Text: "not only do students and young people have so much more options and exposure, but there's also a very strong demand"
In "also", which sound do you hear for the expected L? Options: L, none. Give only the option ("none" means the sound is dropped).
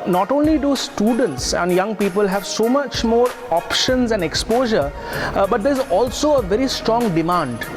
L